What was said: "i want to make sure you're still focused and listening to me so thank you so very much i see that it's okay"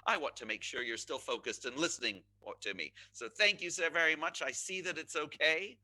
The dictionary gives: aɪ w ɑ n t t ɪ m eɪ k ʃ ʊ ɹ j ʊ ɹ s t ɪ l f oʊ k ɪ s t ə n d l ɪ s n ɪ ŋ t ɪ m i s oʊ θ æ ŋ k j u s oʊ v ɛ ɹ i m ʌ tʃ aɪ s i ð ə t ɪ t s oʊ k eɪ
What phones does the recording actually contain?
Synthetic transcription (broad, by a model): aɪ w ɑ n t t ɪ m eɪ k ʃ ʊ ɹ j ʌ ɹ s t ɪ l f oʊ k ɪ s t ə n l ɪ s n ɪ ŋ t ɪ m i s oʊ θ æ ŋ k j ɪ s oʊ v ɛ ɹ i m ʌ tʃ aɪ s i ð ə t ɪ t s oʊ k eɪ